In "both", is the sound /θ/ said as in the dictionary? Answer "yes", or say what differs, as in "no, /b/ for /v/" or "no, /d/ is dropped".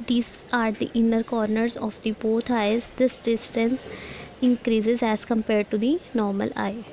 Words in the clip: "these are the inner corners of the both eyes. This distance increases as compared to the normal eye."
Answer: no, /t/ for /θ/